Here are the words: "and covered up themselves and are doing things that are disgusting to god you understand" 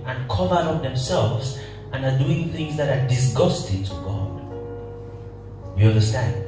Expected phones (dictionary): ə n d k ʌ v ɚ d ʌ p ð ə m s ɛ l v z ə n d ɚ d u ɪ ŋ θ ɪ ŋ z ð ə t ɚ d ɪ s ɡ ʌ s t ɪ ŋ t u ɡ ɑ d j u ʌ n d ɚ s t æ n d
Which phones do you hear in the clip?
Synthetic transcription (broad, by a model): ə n k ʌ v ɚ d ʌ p ð ə m s ɛ l v z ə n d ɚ d u ɪ ŋ θ ɪ ŋ z ð ə t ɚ d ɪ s ɡ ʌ s t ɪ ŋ t u ɡ ɑ d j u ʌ n d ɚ s t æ n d